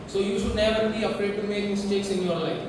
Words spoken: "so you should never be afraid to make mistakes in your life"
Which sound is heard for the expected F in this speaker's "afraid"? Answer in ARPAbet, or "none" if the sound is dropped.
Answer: P